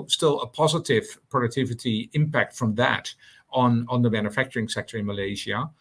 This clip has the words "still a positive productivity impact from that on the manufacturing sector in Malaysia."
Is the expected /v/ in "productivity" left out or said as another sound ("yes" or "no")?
no